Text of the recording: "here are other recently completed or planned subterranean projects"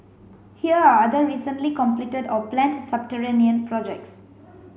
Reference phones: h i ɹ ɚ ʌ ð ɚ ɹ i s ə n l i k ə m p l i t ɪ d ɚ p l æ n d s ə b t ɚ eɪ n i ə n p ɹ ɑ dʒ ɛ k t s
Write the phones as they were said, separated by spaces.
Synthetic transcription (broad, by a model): h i ɹ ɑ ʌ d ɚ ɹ i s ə n l i k ə m p l i t ɪ d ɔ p l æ n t s ə b t ɚ eɪ n i ə n p ɹ ɑ dʒ ɛ k t s